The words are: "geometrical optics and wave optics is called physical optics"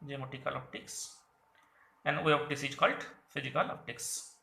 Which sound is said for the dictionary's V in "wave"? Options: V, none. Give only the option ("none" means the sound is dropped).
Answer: none